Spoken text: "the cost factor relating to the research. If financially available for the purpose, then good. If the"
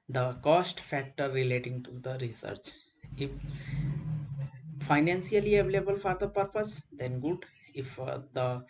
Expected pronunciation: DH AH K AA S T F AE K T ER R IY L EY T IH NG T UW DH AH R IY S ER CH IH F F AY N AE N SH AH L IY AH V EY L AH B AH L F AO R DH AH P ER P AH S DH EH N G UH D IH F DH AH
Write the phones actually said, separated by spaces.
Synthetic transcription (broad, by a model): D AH K AA S T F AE K T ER R IY L EY T IH NG T UW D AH R IY S ER CH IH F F AY N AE N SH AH L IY AH V EY L AH B AH L F AO R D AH P ER P AH S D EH N G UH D IH F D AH